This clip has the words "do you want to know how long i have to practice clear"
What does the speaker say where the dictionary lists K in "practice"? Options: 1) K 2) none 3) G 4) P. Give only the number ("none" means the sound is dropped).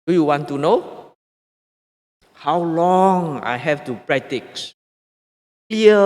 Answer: 2